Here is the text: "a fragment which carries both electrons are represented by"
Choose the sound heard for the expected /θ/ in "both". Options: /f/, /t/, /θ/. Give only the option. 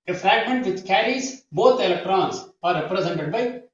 /t/